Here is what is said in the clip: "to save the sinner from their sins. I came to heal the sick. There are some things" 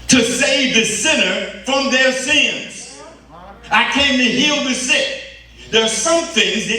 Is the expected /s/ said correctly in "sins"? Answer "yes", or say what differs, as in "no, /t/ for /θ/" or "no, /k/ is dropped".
yes